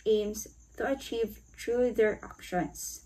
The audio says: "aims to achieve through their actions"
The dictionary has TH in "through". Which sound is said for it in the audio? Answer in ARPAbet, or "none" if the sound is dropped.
T